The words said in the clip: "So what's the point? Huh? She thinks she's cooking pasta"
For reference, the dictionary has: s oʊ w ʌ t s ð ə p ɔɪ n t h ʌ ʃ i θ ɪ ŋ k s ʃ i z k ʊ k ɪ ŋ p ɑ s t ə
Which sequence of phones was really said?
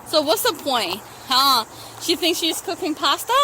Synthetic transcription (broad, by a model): s oʊ w ʌ t s ð ə p ɔɪ n t h ʌ ʃ i θ ɪ ŋ k s ʃ i z k ʊ k ɪ ŋ p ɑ s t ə